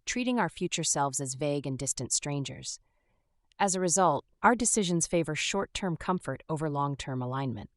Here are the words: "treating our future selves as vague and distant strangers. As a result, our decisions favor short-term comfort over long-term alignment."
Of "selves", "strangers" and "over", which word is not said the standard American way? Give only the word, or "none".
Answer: none